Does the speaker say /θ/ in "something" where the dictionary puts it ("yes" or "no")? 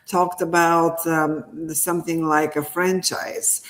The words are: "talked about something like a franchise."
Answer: yes